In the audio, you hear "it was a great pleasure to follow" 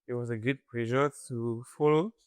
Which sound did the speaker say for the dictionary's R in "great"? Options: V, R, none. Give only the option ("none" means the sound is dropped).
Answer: none